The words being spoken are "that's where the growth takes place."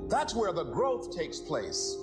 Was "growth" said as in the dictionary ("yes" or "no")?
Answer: yes